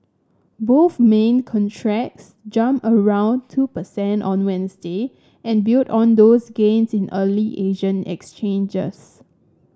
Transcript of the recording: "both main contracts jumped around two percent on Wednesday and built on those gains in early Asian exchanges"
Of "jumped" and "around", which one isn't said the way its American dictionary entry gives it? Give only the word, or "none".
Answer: jumped